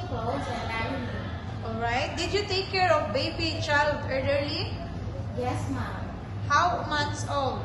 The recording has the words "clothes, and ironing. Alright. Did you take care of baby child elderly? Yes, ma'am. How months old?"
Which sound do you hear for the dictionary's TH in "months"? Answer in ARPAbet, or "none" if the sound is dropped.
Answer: T